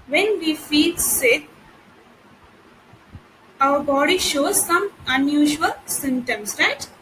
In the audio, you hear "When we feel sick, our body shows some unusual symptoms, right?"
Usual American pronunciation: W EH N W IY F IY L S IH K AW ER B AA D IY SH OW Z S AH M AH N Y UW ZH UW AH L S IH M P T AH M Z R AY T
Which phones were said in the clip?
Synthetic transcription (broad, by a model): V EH N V IY F IY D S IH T AW ER B AA D IY SH OW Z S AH M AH N Y UW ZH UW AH L S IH M T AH M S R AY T